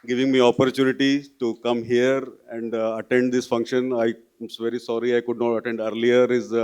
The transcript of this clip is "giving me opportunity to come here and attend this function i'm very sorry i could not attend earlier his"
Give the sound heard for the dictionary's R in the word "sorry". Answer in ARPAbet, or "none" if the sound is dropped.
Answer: R